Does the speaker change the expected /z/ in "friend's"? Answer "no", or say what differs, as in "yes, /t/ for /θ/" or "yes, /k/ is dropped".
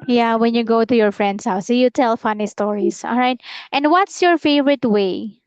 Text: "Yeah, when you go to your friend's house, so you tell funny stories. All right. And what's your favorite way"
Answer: yes, /s/ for /z/